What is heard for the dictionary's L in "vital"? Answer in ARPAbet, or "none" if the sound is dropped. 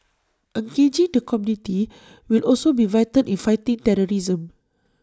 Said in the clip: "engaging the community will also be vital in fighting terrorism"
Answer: N